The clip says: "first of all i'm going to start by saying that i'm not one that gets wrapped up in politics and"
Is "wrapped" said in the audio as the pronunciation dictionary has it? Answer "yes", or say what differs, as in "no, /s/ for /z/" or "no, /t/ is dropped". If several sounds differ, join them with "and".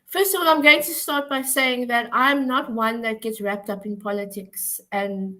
yes